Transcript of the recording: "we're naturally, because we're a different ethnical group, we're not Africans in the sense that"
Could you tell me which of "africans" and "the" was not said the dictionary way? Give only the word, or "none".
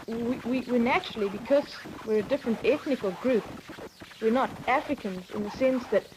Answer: none